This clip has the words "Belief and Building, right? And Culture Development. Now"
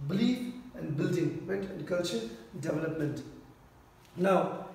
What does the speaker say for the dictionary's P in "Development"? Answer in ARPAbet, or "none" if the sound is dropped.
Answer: P